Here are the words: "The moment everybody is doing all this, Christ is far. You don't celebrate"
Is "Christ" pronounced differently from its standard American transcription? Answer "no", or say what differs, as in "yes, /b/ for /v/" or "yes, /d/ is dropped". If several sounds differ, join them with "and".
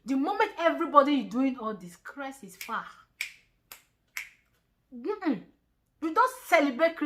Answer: yes, /t/ is dropped